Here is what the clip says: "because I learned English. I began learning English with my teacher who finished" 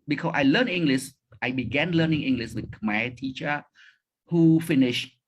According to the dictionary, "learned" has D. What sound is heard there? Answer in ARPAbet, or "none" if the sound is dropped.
none